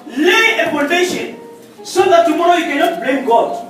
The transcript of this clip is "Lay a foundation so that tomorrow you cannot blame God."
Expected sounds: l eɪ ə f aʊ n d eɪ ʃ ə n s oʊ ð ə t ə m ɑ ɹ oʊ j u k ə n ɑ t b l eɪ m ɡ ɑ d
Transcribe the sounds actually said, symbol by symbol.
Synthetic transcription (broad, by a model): l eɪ ə p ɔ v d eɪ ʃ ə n s oʊ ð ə t ə m ɑ ɹ oʊ j u k ə n ɑ t b l eɪ m ɡ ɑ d